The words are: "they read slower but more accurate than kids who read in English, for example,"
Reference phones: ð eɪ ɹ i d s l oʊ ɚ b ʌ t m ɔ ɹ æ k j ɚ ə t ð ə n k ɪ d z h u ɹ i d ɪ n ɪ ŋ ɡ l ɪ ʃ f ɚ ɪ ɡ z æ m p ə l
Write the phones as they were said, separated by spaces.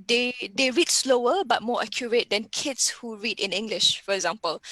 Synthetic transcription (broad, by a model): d eɪ ɹ i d s l oʊ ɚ b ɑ t m ɔ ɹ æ k j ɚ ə t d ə n k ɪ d s h u ɹ i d ɪ n ɪ ŋ ɡ l ɪ ʃ f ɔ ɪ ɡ z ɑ m p ə l